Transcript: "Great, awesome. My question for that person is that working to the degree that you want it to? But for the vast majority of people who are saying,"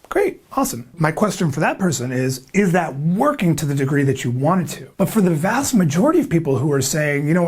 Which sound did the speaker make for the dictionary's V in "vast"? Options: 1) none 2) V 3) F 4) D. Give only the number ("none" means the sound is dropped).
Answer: 2